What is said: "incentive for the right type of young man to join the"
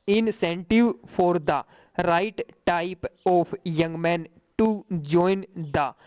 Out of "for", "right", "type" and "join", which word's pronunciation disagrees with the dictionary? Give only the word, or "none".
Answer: for